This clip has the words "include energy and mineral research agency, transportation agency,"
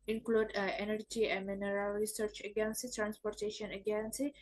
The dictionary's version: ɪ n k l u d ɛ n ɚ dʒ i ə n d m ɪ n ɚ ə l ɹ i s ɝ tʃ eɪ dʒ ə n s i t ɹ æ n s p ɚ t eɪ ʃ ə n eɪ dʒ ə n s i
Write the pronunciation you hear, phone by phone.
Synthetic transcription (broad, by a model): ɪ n k l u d ɛ n ɚ dʒ i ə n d m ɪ n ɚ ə l ɹ i s ɝ tʃ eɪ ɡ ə n s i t ɹ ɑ n s p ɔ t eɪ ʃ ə n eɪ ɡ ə n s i